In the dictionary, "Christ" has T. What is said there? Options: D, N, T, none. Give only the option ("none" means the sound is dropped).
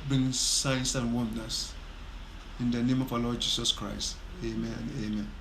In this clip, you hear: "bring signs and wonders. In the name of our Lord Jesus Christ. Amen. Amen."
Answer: T